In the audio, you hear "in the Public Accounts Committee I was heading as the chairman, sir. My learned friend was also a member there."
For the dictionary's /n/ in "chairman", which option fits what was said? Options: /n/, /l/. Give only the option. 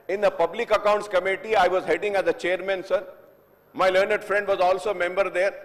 /n/